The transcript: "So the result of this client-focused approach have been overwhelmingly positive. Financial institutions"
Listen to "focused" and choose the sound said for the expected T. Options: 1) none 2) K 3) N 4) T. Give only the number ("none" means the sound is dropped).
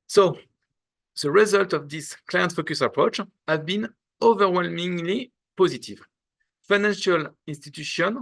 1